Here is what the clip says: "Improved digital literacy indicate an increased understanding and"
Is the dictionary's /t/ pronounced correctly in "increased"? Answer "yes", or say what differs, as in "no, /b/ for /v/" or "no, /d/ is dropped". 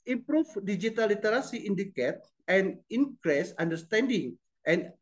no, /t/ is dropped